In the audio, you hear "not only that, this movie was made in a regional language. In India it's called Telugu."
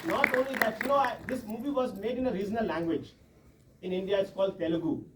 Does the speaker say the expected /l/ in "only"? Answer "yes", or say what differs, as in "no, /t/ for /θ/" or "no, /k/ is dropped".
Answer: yes